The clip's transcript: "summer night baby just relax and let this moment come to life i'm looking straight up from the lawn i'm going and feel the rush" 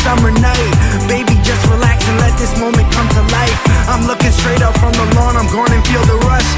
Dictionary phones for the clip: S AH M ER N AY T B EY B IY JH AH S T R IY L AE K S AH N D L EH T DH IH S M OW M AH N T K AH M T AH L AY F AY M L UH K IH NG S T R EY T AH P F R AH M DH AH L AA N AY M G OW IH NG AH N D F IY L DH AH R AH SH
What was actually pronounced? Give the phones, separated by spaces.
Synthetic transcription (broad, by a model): S AH M ER N AY T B EY B IY JH AH S T R IY L AE K S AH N L EH T DH IH S M OW M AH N K AH M T AH L AY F AY M L UH K IH NG S T R EY T AH P F R AH M DH AH L AA N AY M G OW IH NG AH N F IY L DH AH R AH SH